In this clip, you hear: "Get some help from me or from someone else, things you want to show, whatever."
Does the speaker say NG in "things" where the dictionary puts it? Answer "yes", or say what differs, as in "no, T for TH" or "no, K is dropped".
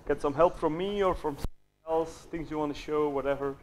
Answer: yes